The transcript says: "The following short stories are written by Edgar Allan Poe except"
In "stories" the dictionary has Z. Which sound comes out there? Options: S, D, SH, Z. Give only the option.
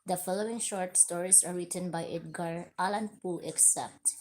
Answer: S